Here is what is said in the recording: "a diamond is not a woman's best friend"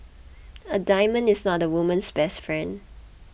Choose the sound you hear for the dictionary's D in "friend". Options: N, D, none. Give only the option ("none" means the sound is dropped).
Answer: D